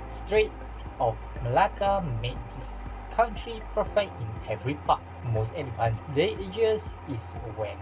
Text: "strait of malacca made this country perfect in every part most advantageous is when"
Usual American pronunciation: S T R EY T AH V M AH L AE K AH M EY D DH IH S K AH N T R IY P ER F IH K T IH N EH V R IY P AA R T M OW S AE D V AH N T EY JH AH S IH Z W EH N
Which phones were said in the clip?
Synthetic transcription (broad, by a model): S T R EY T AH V M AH L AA K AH M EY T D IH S K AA N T R IY P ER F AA T IH N EH V R IY P AA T M OW S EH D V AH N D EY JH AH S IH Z W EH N